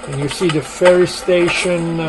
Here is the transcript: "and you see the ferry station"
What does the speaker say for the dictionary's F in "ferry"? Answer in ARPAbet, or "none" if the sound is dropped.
F